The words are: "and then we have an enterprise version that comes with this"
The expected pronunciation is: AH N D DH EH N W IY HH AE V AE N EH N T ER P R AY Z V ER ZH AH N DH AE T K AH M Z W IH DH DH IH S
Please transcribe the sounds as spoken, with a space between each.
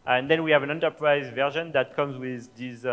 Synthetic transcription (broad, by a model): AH N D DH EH N W IY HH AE V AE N EH N T ER P R AY Z V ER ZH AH N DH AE T K AH M Z W IH DH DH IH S